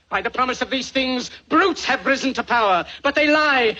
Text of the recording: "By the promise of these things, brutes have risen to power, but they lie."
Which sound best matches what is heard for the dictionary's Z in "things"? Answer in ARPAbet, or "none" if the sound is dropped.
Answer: Z